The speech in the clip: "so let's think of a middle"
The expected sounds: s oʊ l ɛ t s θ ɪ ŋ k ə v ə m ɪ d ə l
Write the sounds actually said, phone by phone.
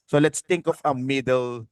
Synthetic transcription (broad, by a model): s oʊ l ɛ t s t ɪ ŋ k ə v ə m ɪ d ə l